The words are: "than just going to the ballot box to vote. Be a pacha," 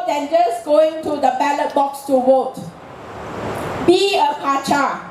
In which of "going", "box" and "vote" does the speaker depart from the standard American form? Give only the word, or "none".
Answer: vote